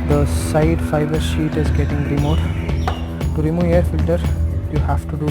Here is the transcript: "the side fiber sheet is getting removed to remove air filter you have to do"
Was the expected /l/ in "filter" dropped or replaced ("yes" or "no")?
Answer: no